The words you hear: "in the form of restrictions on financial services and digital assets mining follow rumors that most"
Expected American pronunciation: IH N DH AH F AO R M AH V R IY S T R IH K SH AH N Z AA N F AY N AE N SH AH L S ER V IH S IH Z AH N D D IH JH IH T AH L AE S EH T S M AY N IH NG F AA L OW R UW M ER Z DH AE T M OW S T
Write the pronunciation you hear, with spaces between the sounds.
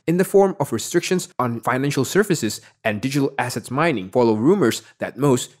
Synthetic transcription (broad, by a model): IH N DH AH F AO R M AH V R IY S T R IH K SH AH N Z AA N F AY N AE N SH AH L S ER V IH S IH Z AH N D D IH JH IH T AH L AE S EH T S M AY N IH NG F AA L OW R UW M ER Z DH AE T M OW S T